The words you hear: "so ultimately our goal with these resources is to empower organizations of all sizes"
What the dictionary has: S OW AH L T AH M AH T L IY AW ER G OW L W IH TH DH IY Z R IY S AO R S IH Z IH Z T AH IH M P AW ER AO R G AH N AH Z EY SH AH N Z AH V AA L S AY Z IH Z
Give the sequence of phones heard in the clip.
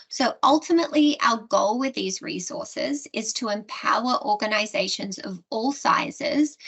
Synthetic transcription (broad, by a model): S OW AH L T AH M AH T L IY AW ER G OW L W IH DH IY Z R IY S AO R S IH Z IH Z T AH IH M P AW ER AO R G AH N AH Z EY SH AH N Z AH V AA L S AY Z IH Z